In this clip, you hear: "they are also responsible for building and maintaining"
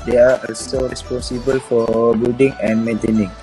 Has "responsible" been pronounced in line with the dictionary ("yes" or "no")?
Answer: yes